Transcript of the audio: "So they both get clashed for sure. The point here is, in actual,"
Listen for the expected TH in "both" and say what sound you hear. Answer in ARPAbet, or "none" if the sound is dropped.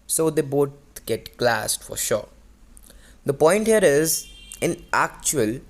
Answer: T